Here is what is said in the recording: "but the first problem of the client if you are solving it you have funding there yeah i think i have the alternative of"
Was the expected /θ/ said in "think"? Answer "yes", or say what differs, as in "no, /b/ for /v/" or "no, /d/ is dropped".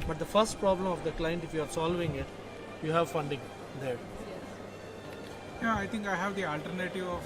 no, /t/ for /θ/